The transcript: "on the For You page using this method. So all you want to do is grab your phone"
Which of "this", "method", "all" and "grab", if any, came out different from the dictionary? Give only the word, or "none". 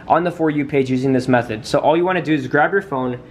none